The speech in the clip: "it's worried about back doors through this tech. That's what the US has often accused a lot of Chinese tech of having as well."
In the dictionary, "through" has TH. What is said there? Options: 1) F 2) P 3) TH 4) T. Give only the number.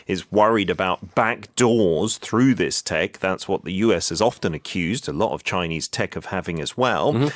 3